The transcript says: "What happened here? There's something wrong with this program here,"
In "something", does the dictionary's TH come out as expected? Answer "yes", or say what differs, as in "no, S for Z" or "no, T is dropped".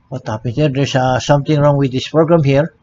no, T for TH